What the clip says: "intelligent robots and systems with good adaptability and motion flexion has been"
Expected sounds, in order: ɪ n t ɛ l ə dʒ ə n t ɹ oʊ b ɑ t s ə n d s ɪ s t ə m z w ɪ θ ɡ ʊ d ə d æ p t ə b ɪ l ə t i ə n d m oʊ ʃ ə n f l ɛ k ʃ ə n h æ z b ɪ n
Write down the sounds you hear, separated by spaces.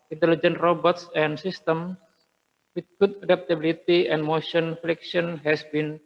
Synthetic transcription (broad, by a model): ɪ n t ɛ l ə dʒ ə n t ɹ oʊ b ɑ t s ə n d s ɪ s t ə m s w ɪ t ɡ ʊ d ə d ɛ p t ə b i l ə t i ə n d m oʊ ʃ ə n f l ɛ k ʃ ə n h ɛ s b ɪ n